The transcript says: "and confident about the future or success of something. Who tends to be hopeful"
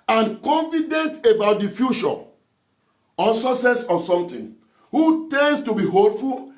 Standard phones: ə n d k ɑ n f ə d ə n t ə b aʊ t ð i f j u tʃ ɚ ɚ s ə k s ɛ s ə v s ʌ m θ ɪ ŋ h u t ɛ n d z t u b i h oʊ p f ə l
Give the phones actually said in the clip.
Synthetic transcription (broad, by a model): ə n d k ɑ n f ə d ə n t ə b aʊ t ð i f j u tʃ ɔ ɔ s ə s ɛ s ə s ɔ m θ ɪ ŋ h u t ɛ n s t u b i h oʊ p f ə l